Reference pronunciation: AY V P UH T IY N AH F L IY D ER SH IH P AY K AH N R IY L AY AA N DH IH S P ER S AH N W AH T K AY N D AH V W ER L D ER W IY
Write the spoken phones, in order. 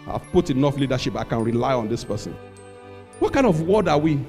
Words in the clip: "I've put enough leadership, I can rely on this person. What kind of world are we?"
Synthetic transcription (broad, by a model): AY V P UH T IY N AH F L IY D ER SH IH P AY K AH N R IY L AY AA N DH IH S P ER S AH N W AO T K AY N D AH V W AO D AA W IY